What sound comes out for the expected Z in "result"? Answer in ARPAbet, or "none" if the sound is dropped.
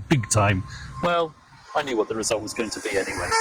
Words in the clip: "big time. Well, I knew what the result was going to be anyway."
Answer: Z